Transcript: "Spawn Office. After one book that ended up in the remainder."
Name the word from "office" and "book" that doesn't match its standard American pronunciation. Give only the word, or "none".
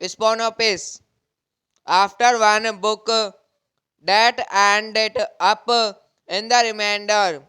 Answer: office